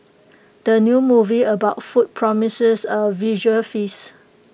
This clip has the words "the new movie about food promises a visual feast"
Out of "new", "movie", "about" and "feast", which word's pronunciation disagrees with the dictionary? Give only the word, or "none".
feast